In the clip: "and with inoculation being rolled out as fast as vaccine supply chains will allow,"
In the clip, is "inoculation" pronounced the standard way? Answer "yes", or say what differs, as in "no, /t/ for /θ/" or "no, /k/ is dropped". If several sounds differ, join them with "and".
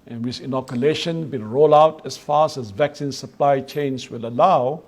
yes